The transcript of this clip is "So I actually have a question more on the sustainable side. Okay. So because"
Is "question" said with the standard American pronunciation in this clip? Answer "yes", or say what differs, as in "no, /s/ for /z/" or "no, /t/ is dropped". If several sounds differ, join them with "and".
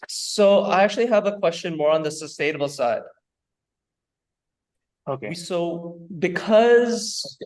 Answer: yes